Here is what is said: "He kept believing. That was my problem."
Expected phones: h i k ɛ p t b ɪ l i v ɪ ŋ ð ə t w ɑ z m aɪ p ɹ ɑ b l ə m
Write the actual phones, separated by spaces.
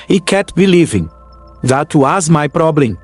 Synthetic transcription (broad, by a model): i k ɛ t b ɪ l i v ɪ ŋ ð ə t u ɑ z m aɪ p ɹ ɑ b l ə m